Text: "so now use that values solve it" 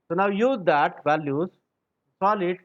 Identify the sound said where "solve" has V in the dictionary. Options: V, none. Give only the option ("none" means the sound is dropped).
none